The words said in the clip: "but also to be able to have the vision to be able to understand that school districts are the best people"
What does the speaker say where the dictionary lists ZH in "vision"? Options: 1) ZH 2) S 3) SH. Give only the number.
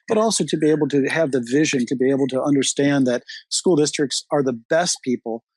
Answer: 1